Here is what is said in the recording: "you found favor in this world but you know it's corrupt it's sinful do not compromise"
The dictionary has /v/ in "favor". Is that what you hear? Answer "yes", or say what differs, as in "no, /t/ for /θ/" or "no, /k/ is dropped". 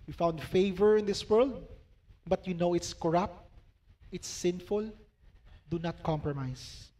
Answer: yes